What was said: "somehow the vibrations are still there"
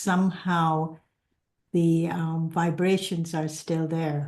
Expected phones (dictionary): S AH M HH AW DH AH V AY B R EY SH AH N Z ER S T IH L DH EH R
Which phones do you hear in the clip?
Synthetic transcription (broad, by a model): S AH M HH AW DH AH V AY B R EY SH AH N Z ER S T IH L DH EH R